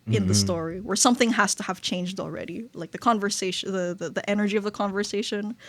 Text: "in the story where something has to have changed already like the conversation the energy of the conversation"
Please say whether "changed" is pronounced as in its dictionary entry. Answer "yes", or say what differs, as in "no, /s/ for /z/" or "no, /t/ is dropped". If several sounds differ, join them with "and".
yes